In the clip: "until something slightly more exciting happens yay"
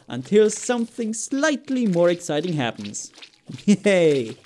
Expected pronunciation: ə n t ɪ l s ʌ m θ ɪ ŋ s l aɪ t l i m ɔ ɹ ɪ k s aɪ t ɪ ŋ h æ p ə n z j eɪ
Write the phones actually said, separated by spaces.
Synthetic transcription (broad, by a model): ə n t ɪ l s ʌ m θ ɪ ŋ s l aɪ t l i m ɔ ɹ ɪ k s aɪ t ɪ ŋ h æ p ə n z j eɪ